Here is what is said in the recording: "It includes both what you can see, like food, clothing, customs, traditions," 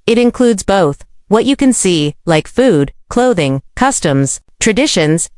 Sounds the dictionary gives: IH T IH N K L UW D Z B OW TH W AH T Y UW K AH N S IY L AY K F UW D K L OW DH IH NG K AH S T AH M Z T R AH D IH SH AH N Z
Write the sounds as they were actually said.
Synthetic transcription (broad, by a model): IH T IH N K L UW D Z B OW TH W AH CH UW K AH N S IY L AY K F UW D K L OW DH IH NG K AH S T AH M Z T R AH D IH SH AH N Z